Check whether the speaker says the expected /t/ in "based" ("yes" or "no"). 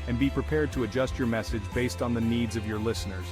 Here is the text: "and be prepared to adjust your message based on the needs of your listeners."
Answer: yes